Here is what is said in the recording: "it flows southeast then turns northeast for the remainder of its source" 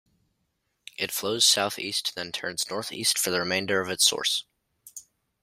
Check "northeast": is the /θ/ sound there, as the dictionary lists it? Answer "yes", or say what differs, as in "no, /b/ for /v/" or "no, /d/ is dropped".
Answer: yes